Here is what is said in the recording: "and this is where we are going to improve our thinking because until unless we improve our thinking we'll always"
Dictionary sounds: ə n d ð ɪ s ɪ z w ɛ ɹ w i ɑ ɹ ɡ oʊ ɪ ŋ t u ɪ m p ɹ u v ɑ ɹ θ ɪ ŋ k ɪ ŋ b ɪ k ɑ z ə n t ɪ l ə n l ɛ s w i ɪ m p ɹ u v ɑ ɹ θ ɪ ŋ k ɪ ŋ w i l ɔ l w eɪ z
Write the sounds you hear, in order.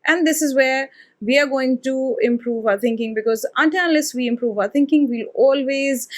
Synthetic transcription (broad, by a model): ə n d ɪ s ɪ z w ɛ ɹ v i ɑ ɹ ɡ oʊ ɪ ŋ t u ɪ m p ɹ u v ɑ ɹ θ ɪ ŋ k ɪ ŋ b ɪ k ɑ z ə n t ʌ n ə l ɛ s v i ɪ m p ɹ u v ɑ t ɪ ŋ k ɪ ŋ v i l ɔ l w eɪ z